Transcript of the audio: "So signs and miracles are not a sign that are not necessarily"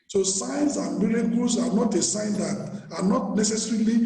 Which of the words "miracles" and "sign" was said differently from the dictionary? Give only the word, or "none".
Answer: miracles